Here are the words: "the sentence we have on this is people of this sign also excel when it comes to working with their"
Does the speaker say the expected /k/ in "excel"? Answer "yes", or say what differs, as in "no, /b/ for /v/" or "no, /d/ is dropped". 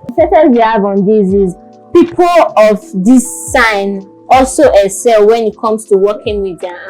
no, /k/ is dropped